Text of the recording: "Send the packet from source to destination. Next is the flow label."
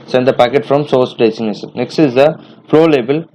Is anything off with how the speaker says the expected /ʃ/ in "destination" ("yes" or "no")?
yes